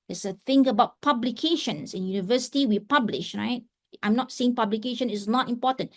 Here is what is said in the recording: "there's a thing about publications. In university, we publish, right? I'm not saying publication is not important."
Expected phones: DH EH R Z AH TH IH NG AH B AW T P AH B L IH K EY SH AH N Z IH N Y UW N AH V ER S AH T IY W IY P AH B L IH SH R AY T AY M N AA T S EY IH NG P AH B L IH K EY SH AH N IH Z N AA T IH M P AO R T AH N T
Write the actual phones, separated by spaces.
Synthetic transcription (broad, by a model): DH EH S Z AH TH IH NG AH B AW T P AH B L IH K EY SH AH N S IH N Y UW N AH V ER S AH T IY W IY P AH B L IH SH R AY T AY M N AA T S EY IH NG P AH B L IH K EY SH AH N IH S N AA T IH M P AO T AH N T